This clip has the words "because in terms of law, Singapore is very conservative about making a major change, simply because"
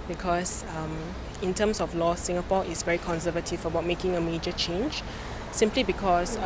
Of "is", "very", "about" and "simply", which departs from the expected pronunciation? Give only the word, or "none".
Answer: is